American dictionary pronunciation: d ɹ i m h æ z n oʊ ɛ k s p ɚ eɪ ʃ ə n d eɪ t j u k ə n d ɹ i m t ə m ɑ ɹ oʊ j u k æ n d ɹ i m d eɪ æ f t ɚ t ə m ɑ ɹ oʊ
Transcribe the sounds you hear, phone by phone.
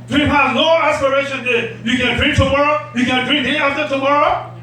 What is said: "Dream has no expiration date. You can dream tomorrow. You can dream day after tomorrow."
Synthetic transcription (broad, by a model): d ɹ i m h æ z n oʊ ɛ s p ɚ eɪ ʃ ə n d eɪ j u k ə n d ɹ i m t ə m ɑ ɹ oʊ j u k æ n d ɹ i m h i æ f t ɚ t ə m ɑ ɹ oʊ